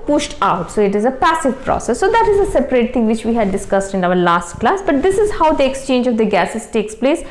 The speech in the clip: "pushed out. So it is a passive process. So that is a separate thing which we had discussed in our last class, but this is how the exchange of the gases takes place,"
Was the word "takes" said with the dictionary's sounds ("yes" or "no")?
yes